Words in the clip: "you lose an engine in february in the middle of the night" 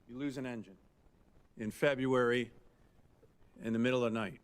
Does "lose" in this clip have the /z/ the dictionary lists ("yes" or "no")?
yes